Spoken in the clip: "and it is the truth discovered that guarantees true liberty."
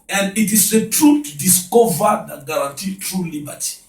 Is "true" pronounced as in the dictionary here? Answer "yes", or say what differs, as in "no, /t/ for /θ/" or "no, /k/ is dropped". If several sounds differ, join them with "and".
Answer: yes